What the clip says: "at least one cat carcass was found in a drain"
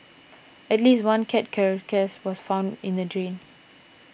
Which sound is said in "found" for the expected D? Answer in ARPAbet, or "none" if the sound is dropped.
D